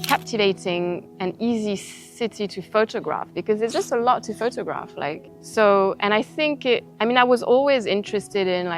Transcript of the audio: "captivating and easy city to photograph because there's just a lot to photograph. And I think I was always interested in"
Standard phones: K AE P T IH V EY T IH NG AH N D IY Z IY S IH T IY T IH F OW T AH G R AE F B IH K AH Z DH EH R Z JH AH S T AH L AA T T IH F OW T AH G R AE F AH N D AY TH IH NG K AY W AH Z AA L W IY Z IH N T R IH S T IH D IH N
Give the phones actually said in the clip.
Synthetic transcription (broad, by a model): K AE P T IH V EY T IH NG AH N IY Z IY S IH T IY T IH F OW T AH G R AE F B IH K AH Z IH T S JH AH S T AH L AA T T IH F OW T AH G R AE F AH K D AY TH IH NG K AY W AH Z AA L W IY Z IH N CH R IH S T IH D IH N